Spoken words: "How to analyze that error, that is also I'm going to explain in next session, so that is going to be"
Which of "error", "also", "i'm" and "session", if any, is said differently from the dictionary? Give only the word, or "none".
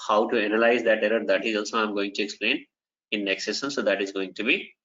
session